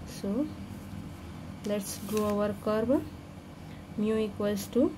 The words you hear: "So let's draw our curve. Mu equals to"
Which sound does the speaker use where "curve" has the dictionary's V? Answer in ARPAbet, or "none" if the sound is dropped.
B